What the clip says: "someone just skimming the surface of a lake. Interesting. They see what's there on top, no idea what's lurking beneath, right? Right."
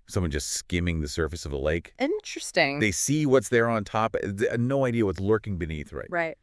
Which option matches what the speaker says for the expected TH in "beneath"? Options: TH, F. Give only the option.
TH